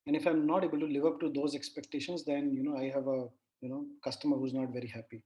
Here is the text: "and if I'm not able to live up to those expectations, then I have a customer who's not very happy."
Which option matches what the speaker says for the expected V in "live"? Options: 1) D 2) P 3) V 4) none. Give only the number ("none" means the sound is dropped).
3